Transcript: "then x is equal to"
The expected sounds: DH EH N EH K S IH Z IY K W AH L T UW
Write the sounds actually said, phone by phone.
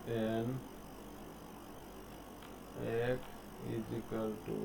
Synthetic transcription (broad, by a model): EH N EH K IH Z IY K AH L T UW